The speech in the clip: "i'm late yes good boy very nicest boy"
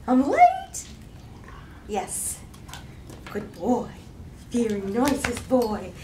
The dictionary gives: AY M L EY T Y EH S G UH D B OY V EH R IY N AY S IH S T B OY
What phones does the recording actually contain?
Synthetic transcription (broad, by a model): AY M L EY T Y EH S G UH D B OY F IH R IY N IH S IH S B OY